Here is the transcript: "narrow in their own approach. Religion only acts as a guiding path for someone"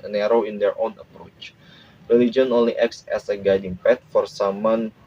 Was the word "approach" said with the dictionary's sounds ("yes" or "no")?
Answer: yes